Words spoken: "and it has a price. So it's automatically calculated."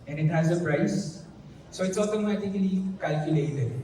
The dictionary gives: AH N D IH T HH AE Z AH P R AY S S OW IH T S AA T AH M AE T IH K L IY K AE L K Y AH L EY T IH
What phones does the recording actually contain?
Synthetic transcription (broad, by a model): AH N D IH T HH AE Z AH P R AY S S OW IH T S AA T AH M AE T IH K L IY K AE L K Y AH L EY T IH